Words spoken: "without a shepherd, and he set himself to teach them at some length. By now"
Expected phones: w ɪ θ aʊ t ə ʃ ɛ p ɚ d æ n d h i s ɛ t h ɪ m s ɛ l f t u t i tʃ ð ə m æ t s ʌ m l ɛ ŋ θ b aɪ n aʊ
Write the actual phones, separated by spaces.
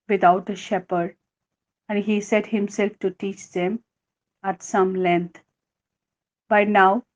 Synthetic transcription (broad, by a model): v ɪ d aʊ t ə ʃ ɛ p ɚ d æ n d h i s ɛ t h ɪ m s ɛ l f t u t i tʃ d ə m æ t s ʌ m l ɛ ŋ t b aɪ n aʊ